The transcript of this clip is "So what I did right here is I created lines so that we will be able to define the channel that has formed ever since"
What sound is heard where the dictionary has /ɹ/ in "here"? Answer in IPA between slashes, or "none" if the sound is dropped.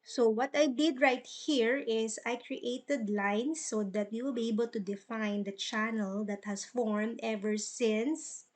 /ɹ/